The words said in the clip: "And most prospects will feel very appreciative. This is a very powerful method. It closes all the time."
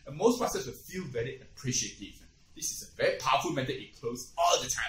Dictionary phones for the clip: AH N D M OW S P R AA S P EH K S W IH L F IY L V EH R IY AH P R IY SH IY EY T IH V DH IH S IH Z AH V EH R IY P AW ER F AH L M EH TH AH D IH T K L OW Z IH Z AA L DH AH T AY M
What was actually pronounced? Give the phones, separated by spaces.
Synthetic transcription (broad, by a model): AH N M OW S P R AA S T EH S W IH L F IY L V EH R IY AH P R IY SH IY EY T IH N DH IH S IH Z AH V EH R IY P AW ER F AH L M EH T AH IH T K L OW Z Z AA L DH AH T AY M